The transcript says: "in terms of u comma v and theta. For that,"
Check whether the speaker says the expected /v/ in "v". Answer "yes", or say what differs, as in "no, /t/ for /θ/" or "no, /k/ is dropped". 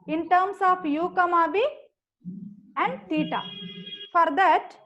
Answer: no, /b/ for /v/